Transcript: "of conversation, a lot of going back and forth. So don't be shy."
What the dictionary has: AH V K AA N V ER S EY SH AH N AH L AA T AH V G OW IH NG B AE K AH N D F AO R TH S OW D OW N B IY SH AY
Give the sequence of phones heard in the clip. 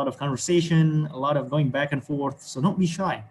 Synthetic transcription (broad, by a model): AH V K AA N V ER S EY SH AH N AH L AA T AH V G OW IH NG B AE K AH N F AO R TH S OW D OW N B IY SH AY